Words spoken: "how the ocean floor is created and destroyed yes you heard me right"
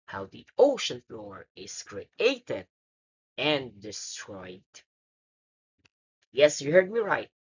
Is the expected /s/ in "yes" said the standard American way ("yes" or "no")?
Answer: yes